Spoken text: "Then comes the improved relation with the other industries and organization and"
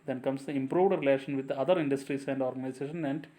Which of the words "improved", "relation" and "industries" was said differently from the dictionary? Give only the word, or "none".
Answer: industries